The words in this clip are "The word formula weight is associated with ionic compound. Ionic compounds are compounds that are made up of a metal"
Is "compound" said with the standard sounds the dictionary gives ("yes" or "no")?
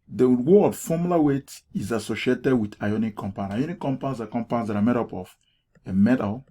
no